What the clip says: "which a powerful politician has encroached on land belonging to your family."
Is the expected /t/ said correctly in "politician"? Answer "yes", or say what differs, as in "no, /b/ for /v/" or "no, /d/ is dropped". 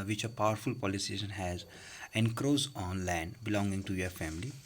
no, /s/ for /t/